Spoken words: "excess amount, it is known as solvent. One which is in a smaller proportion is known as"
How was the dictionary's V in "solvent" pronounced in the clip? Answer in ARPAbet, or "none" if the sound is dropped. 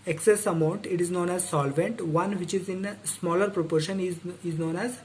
V